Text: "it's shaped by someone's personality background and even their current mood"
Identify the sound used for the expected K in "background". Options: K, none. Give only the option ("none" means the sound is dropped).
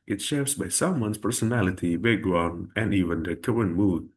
none